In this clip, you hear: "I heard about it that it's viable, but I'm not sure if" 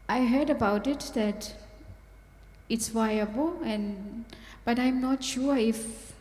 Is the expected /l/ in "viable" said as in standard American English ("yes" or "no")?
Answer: no